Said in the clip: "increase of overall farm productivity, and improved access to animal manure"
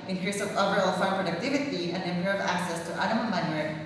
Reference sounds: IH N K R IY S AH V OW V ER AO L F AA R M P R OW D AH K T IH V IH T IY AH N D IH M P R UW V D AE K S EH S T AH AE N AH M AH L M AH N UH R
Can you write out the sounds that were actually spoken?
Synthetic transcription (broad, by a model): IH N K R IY S AH V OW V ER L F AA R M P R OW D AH K T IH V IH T IY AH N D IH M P R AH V AE K S EH S T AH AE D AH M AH N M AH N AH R